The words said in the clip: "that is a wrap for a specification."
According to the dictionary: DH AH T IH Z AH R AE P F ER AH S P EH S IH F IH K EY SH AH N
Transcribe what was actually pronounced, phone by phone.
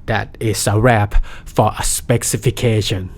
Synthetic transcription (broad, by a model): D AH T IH S AH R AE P F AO AH S P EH S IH F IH K EY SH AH N